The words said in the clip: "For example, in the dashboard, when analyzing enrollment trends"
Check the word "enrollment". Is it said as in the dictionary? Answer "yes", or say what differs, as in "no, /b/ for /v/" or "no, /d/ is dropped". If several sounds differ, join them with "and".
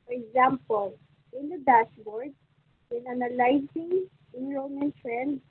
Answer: no, /l/ is dropped